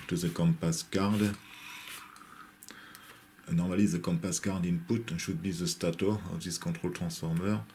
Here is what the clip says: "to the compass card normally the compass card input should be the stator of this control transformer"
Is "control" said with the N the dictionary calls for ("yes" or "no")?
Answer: no